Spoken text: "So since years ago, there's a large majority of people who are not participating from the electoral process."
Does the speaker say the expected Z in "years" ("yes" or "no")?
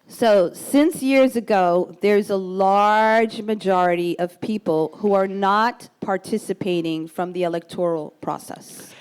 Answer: yes